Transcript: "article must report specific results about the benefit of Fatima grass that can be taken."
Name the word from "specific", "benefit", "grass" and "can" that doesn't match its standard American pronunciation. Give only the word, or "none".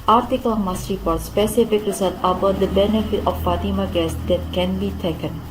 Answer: grass